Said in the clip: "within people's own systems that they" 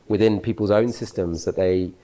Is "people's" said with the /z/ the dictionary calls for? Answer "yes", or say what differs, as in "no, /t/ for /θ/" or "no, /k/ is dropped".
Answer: yes